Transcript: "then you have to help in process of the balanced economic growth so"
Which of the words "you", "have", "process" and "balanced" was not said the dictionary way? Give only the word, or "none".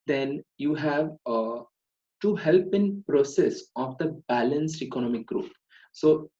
none